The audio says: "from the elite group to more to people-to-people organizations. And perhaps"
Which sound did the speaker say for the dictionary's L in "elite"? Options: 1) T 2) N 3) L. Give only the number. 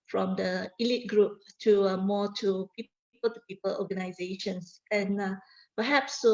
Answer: 3